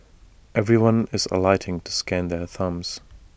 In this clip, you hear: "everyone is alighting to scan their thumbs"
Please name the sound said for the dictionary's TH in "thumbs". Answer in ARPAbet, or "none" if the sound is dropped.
TH